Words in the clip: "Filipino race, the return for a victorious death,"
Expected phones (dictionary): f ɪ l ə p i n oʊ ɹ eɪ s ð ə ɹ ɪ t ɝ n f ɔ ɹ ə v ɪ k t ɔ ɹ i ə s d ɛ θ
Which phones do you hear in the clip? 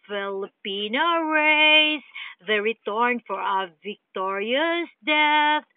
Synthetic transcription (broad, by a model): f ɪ l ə p i n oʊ ɹ eɪ s ð ə ɹ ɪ t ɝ n f ɔ ɹ ə v ɪ k t ɔ ɹ i ə s d ɛ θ